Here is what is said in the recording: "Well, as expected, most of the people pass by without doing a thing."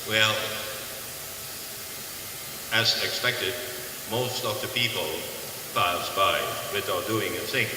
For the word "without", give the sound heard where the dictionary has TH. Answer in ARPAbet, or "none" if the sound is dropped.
T